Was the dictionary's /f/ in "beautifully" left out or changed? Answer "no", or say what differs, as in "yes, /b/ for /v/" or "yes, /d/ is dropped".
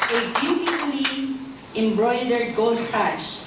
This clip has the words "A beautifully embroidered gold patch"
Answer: yes, /p/ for /f/